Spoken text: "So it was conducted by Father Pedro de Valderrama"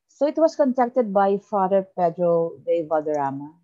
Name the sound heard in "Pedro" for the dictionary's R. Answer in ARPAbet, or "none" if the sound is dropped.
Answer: R